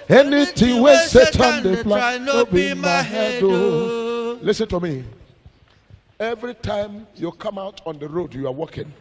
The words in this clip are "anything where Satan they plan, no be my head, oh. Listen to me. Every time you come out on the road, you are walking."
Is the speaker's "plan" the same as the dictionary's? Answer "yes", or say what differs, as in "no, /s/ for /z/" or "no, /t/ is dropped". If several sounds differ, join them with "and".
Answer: no, /f/ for /p/